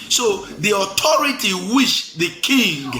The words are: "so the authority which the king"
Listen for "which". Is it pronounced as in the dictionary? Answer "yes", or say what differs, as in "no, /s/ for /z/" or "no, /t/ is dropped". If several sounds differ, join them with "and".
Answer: no, /ʃ/ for /tʃ/